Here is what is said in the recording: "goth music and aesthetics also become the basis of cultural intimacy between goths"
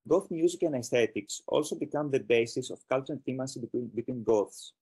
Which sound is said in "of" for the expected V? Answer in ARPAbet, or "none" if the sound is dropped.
F